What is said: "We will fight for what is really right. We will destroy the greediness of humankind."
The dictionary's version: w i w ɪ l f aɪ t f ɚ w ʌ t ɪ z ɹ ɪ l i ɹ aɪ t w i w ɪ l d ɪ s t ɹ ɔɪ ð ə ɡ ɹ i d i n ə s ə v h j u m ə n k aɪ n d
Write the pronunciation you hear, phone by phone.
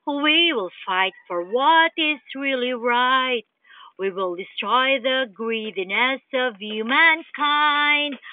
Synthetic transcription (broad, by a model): w i w ɪ l f aɪ t f ɚ w ʌ t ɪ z ɹ ɪ l i ɹ aɪ t w i w ɪ l d ɪ s t ɹ ɔɪ ð ə ɡ ɹ i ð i n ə s ə v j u m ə n k aɪ n d